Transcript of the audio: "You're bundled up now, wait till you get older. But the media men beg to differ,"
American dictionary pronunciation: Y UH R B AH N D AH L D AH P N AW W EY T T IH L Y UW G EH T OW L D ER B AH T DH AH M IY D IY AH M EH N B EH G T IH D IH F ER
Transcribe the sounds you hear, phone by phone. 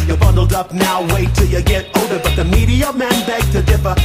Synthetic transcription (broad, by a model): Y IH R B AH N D L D AH P N AW W EY T T IH L Y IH G EH T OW D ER B AH T DH AH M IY D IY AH M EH N B EH G T IH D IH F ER